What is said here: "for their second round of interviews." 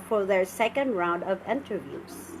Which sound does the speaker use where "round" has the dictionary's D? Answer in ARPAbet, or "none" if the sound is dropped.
D